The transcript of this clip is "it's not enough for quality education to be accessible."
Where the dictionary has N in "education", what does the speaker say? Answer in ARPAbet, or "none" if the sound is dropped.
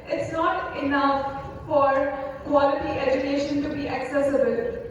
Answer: N